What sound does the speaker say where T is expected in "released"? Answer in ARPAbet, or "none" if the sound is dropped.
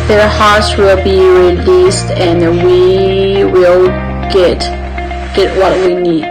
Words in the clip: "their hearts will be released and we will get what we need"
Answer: T